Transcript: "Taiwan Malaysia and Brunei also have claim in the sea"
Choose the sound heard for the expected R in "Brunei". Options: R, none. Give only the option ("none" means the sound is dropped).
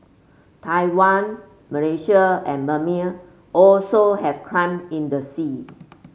none